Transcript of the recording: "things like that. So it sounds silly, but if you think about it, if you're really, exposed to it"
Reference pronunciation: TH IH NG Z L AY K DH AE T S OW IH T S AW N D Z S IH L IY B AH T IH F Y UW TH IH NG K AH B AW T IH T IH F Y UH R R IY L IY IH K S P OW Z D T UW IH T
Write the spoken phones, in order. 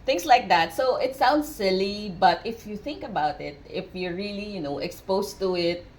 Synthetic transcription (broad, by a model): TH IH NG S L AY K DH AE T S OW IH T S AW N D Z S IH L IY B AH T IH F Y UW TH IH NG K AH B AW T IH T IH F Y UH R L IY N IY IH K S P OW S T UW IH T